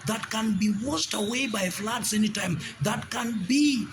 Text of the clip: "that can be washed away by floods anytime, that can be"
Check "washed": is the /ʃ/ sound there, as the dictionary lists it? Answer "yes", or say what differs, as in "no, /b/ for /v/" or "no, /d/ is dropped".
no, /s/ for /ʃ/